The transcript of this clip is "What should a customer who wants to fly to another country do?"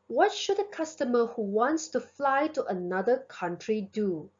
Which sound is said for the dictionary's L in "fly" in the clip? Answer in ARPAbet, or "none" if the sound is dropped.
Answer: L